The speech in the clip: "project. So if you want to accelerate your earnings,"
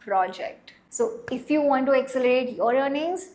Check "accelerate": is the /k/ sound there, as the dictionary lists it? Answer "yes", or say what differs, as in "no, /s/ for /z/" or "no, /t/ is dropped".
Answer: yes